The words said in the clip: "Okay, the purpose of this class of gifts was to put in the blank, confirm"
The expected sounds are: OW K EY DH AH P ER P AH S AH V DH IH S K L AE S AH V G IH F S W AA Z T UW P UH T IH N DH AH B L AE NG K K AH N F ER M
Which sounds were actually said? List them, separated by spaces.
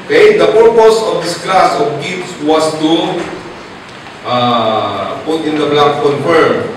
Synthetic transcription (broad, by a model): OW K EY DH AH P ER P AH S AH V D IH S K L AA S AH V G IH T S W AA S T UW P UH T IH N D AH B L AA K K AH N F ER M